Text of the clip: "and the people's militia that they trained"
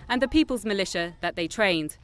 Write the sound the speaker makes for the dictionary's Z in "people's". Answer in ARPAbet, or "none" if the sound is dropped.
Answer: Z